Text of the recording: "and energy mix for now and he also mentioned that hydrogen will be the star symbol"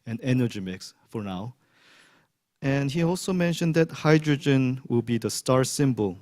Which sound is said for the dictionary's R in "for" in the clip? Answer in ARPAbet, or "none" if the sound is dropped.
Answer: R